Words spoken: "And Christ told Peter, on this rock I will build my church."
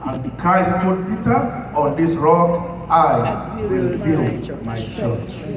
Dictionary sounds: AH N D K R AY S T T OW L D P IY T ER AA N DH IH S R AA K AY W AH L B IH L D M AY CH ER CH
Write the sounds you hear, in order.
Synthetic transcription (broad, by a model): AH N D K R AY S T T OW D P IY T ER AA N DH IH S R AA K AY W AH L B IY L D M AY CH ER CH